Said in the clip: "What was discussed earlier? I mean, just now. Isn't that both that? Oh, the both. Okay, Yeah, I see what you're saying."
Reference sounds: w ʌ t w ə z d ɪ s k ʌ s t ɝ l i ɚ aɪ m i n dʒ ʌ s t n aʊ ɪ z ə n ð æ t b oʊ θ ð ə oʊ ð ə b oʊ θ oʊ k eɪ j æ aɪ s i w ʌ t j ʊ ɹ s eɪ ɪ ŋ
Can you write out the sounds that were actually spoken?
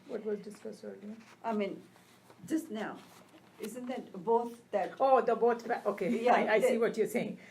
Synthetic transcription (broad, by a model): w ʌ t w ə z d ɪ s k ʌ s ɝ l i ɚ aɪ m i n dʒ ʌ s t n aʊ ɪ z ə n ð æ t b oʊ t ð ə oʊ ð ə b oʊ f oʊ k eɪ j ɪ aɪ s i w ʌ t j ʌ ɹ s eɪ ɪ ŋ